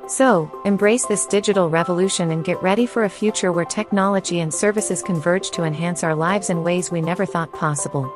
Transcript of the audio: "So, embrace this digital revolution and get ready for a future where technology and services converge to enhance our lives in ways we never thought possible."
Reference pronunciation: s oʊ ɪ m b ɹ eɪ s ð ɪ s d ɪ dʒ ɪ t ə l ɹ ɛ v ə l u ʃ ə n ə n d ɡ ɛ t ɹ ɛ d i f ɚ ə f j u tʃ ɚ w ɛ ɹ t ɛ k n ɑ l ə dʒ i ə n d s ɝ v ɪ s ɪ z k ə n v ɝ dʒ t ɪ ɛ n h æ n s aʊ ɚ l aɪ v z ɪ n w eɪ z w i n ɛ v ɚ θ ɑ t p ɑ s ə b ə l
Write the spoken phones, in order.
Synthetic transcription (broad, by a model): s oʊ ɪ m b ɹ eɪ s ð ɪ s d ɪ dʒ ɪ t l ɹ ɛ v ə l u ʃ ə n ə n ɡ ɛ t ɹ ɛ d i f ɚ ə f j u tʃ ɚ w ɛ ɹ t ɛ k n ɑ l ə dʒ i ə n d s ɝ v ɪ s ɪ z k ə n v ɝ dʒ t ɪ ɛ n h æ n s aʊ ɚ l aɪ v z ɪ n w eɪ z w i n ɛ v ɚ θ ɑ t p ɑ s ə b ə l